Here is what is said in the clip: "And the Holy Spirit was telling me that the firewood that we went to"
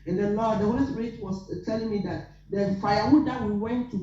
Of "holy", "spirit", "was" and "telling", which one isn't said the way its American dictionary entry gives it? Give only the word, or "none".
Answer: was